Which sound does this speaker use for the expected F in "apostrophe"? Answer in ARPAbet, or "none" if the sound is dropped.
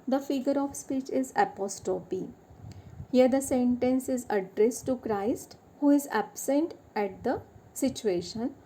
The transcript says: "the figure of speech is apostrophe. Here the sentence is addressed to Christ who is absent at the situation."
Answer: P